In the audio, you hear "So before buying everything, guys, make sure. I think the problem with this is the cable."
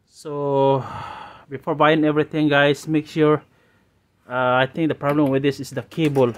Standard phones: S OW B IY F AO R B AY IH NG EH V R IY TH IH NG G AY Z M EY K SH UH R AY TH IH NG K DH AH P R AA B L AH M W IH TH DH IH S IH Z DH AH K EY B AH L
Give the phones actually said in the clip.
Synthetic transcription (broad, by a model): S OW B IY F AO R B AY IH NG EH V R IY T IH NG G AY S M EY K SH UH R AY T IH NG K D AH P R AA B L AH M W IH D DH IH S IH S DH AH K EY B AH L